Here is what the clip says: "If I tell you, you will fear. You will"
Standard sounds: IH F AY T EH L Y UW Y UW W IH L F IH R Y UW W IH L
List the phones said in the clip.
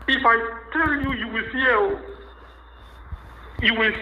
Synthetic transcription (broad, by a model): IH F AY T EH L Y UW Y UW W IH L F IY L Y UW W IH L